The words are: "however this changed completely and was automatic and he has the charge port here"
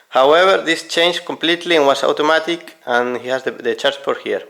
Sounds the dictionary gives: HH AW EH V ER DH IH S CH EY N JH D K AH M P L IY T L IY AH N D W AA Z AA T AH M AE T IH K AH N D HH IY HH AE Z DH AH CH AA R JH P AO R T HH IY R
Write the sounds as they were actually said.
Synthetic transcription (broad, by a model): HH AW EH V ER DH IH S CH EY N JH K AH M P L IY T L IY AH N W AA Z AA T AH M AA T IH K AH N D HH IY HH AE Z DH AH CH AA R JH F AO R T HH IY R